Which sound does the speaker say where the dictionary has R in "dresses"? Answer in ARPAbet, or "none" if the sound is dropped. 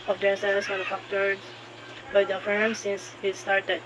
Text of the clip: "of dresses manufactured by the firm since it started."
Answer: none